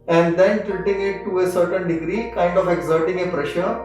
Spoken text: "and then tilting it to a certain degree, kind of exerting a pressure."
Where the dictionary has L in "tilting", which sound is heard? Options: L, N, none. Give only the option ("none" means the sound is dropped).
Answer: none